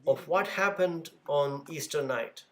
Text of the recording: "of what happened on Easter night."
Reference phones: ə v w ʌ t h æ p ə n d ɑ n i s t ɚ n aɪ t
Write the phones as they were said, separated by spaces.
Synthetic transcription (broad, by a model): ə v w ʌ t h æ p ə n d ɑ n i s t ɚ n aɪ t